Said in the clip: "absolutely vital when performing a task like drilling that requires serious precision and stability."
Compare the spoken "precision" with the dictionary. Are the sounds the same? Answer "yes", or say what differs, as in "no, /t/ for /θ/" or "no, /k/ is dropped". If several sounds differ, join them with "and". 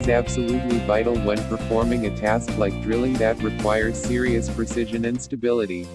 yes